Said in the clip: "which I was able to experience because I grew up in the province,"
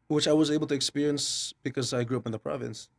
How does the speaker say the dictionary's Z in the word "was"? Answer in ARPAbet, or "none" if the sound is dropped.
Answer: Z